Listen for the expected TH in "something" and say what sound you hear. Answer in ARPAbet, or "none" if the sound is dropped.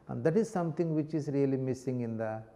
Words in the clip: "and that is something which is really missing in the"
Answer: T